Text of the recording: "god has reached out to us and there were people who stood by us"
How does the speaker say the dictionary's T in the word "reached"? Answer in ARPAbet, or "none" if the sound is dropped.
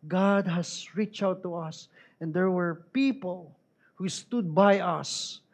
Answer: none